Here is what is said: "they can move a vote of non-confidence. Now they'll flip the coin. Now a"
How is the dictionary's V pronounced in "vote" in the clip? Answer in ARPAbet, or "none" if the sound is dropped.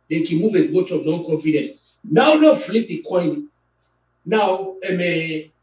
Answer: W